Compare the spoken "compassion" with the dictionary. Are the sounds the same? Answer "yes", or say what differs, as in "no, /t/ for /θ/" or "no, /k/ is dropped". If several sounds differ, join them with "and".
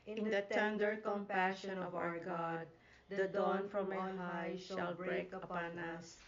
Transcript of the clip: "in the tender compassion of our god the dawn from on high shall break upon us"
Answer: yes